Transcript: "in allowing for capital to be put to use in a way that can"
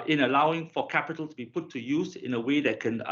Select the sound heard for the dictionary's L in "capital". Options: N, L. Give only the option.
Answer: L